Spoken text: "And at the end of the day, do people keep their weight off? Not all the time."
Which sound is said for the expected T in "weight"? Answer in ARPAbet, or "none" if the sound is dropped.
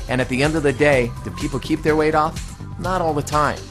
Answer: T